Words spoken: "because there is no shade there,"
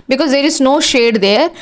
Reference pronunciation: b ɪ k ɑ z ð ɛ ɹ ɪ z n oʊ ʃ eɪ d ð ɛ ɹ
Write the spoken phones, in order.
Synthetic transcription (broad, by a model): b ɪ k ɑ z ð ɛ ɹ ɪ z n oʊ ʃ eɪ d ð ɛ ɹ